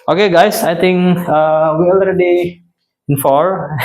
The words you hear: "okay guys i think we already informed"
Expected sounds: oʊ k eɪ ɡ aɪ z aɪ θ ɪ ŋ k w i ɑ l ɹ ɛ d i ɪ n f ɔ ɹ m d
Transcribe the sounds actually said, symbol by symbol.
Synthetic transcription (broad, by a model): oʊ k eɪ ɡ aɪ s aɪ t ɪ ŋ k w i ɑ l ɹ ɛ d i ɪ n f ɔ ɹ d